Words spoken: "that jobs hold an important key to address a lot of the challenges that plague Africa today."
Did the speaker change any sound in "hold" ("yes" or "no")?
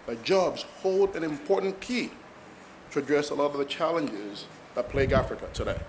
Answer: no